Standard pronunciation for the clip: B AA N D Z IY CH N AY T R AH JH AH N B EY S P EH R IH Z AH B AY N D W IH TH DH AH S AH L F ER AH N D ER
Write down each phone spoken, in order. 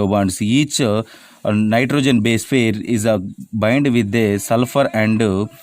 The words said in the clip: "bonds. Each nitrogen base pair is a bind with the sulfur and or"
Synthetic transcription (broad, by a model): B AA N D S IY CH N AY T R AH JH AH N B EY S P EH R IH Z AH B AY N D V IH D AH S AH L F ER AH N D